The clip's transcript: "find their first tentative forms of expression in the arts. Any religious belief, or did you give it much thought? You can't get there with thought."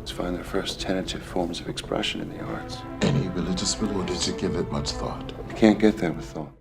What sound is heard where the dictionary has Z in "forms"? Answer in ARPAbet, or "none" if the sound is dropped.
Z